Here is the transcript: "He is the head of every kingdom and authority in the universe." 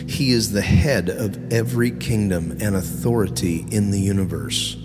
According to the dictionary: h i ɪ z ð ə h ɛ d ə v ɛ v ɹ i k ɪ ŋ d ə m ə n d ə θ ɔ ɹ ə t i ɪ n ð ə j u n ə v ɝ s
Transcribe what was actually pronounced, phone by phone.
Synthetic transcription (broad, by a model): h i ɪ z ð ə h ɛ d ə v ɛ v ɹ i k ɪ ŋ d ə m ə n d ə θ ɔ ɹ ə t i ɪ n ð ə j u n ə v ɝ s